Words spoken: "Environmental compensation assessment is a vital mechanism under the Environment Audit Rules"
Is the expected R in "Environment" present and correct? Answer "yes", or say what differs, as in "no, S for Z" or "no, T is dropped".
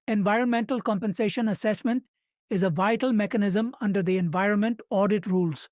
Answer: yes